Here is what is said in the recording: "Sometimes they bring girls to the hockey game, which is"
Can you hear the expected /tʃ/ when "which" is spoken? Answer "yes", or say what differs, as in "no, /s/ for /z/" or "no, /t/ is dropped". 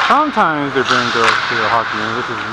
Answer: no, /s/ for /tʃ/